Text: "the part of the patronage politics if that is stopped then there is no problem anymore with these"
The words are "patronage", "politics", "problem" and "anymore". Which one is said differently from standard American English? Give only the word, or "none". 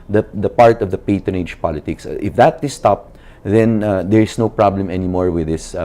patronage